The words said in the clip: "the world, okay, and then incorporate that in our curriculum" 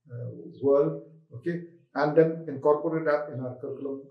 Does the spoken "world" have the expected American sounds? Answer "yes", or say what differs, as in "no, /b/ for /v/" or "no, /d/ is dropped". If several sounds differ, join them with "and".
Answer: no, /d/ is dropped